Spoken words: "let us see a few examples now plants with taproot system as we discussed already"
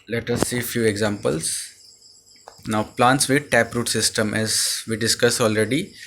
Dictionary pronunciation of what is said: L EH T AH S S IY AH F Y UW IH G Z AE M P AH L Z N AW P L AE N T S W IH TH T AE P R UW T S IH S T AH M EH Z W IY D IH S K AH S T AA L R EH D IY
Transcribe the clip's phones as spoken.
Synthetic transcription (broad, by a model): L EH T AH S S IY F Y UW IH G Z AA M P AH L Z N AW P L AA N T S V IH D T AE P R UW T S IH S T AH M EH Z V IY D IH S K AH S AA L R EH D IY